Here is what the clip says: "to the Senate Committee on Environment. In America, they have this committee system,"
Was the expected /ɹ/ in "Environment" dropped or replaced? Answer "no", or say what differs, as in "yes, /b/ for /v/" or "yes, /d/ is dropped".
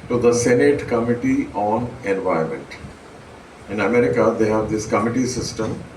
yes, /ɹ/ is dropped